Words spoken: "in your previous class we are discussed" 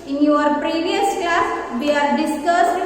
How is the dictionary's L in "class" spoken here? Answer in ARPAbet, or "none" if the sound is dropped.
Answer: none